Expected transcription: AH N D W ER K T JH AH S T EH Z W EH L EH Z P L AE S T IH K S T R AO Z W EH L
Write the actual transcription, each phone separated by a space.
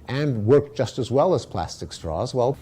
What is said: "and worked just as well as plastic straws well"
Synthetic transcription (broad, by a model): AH N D W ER K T JH AH S T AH Z W EH L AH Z P L AE S T IH K S T R AO Z W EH L